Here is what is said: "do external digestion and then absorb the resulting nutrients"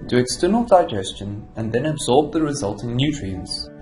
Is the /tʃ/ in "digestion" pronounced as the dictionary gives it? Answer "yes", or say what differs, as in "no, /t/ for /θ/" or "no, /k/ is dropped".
yes